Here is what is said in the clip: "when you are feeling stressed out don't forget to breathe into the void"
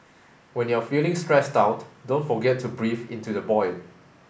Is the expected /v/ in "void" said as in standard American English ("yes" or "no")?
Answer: no